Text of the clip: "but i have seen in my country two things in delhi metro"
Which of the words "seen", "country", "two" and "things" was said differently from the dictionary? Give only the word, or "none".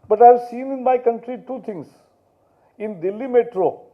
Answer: things